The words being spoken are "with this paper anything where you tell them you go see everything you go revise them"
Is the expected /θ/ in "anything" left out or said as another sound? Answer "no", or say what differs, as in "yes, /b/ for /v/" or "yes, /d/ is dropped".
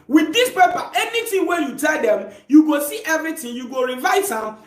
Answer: yes, /t/ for /θ/